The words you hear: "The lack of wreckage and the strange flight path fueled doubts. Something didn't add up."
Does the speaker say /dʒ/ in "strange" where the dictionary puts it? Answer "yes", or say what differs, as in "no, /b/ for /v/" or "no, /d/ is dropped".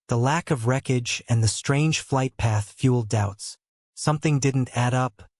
no, /ʒ/ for /dʒ/